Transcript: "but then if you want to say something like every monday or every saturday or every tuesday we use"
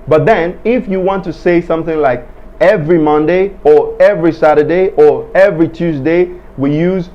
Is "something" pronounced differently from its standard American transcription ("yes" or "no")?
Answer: no